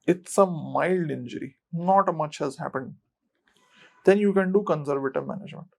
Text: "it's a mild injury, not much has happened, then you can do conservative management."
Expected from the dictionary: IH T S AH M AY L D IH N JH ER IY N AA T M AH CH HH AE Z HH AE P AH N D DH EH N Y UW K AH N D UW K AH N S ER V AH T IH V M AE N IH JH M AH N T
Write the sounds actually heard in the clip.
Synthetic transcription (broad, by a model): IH T S AH M AY L D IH N JH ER IY N AA T M AH CH HH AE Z HH AE P AH N D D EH N Y UW K AH N D UW K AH N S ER V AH T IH V M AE N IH JH M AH N T